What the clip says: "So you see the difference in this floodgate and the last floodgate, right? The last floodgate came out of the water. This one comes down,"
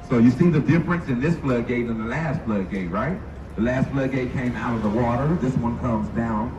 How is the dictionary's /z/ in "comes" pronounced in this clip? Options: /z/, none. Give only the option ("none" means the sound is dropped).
/z/